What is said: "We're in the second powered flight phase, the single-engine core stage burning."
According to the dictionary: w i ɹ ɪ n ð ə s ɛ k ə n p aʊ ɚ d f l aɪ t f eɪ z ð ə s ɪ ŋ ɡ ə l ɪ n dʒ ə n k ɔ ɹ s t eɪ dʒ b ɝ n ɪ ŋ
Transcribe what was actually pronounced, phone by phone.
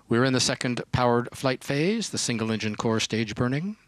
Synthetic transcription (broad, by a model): w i ɹ ɪ n ð ə s ɛ k ə n p aʊ ɚ d f l aɪ t f eɪ z ð ə s ɪ ŋ ɡ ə l ɪ n dʒ ə n k ɔ ɹ s t eɪ dʒ b ɝ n ɪ ŋ